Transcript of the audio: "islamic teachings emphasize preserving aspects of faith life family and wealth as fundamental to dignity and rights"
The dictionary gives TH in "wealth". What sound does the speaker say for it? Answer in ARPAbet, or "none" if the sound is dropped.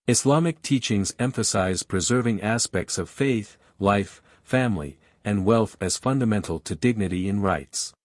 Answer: TH